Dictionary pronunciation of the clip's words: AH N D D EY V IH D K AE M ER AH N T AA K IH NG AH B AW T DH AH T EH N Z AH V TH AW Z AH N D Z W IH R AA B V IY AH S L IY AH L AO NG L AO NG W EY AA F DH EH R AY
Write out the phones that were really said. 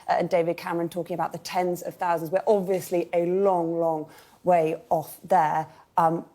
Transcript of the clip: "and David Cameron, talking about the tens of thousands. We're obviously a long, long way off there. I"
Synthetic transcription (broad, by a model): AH N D D EY V IH D K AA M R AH N T AA K IH NG AH B AW T DH AH T EH N Z AH V TH AW Z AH N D Z W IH R AA B V IY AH S L IY AH L AO NG L AO NG W EY AA F DH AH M